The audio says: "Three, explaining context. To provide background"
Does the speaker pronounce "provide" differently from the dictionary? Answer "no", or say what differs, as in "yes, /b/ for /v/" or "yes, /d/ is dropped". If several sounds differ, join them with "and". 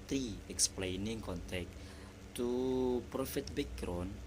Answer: yes, /f/ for /v/